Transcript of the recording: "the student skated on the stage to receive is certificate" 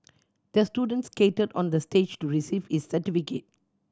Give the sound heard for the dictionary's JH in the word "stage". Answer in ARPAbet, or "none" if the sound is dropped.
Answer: JH